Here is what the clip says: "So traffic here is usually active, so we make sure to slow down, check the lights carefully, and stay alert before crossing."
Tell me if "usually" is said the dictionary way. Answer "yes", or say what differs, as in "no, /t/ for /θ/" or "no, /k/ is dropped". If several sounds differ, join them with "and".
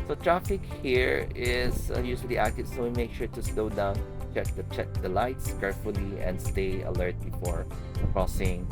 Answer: no, /s/ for /ʒ/